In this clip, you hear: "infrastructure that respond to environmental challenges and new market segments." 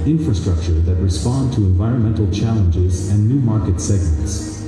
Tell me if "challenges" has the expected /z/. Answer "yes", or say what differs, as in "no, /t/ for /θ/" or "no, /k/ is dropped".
yes